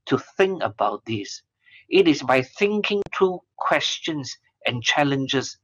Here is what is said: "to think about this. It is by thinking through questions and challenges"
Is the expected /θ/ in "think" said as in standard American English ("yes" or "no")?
yes